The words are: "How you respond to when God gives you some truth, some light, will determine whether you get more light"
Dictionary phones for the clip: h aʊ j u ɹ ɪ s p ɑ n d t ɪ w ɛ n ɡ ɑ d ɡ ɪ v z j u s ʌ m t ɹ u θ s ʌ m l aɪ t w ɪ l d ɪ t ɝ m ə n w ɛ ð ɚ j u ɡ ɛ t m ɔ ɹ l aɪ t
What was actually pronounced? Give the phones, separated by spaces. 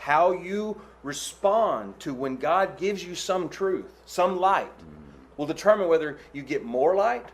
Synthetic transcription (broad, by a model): h aʊ j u ɹ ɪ s p ɑ n t ɪ w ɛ n ɡ ɑ d ɡ ɪ v z j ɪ s ʌ m t ɹ u θ s ʌ m l aɪ t w ɪ l d ɪ t ɝ m ə n w ɛ ð ɚ j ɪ ɡ ɛ t m ɔ ɹ l aɪ t